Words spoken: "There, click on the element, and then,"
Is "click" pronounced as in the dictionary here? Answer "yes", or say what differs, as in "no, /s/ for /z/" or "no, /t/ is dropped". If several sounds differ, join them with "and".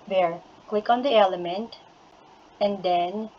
no, /w/ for /l/